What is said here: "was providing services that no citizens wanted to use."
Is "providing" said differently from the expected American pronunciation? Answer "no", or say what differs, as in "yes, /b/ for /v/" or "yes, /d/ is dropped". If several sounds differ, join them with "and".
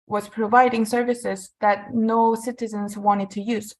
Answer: no